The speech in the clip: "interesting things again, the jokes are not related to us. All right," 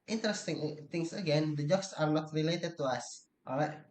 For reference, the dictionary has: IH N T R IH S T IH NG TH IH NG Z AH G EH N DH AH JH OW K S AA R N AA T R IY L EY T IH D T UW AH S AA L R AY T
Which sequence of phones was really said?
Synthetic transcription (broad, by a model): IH N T R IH S T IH NG T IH NG S AH G EH N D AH JH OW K S AA R N AA T R IY L EY T IH D T UW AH S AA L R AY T